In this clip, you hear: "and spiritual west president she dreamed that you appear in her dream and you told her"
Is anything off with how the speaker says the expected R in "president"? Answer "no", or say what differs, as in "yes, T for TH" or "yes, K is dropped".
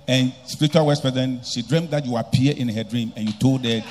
yes, R is dropped